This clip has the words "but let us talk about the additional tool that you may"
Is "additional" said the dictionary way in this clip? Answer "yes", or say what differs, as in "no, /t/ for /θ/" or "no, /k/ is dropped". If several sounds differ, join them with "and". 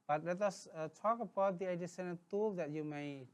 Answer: no, /s/ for /ʃ/